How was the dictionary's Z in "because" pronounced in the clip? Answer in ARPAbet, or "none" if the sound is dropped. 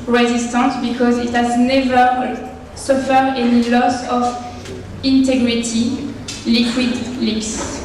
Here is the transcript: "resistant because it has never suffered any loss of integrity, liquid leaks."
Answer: Z